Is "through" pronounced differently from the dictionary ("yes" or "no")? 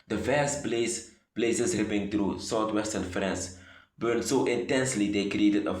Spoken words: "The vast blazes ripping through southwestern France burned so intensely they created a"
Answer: yes